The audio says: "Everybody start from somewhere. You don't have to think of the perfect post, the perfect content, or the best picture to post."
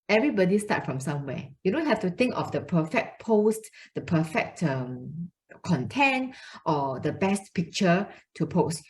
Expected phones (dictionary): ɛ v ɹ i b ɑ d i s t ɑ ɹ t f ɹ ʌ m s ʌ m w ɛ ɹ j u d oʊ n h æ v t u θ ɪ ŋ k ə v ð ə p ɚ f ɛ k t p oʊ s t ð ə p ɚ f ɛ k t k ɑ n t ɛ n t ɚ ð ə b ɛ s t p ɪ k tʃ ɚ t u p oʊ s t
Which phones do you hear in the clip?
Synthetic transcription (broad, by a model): ɛ v ɹ i b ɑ d i s t ɑ t f ɹ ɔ m s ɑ m w ɛ j u d oʊ n h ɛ f t u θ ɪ ŋ k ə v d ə p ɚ f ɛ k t p oʊ s t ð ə p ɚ f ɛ k t k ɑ n t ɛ n t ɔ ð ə b ɛ s t p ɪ k tʃ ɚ t u p oʊ s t